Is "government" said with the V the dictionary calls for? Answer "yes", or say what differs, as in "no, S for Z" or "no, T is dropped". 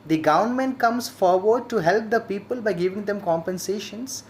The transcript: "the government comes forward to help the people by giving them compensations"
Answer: no, V is dropped